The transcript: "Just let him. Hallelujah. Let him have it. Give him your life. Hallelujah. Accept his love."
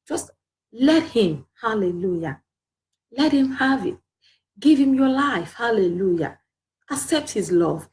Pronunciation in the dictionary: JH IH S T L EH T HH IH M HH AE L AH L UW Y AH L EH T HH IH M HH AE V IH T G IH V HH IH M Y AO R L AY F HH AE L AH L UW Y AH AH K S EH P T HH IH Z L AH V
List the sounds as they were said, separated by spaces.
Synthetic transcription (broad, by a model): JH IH S T L EH T HH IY M HH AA L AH L UW Y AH L EH T HH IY M HH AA V IH T G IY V HH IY M Y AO L AY F HH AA L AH L UW Y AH AH K S EH P T HH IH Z L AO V